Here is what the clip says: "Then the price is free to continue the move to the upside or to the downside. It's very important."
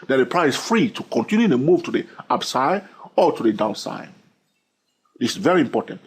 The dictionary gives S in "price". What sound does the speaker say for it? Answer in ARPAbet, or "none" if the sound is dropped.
none